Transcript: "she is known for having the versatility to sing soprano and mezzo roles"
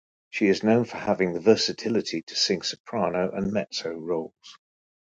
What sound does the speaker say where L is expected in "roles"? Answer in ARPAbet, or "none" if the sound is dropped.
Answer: L